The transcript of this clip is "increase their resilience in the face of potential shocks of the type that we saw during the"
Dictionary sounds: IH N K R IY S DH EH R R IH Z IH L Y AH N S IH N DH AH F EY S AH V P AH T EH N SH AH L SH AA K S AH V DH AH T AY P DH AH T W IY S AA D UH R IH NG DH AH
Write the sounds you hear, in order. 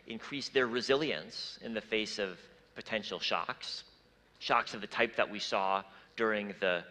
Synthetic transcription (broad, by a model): IH N K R IY S DH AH R R IH Z IH L Y AH N S IH N DH AH F EY S AH V P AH T EH N SH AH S SH AA K S AH V DH AH T AY P DH AH T W IY S AA D UH R IH NG DH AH